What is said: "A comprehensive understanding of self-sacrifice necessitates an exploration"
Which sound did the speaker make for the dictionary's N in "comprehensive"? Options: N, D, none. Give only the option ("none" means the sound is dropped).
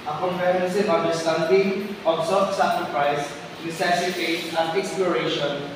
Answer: none